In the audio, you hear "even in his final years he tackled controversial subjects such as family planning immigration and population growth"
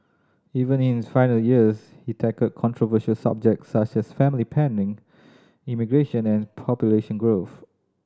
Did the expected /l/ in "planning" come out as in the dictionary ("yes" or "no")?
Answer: no